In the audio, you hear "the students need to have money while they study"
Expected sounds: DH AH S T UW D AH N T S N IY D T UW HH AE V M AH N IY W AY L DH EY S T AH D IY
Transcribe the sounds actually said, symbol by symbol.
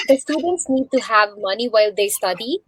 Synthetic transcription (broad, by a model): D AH S T UW D AH N T S N IY D T UW HH AE V M AH N IY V AY L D EY S T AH D IY